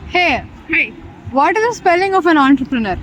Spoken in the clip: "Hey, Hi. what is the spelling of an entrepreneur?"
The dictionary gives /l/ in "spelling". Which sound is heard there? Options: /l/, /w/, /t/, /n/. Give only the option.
/l/